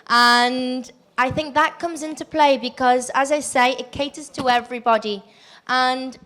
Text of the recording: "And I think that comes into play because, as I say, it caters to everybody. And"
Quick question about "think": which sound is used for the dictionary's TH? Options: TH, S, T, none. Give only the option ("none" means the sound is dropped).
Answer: TH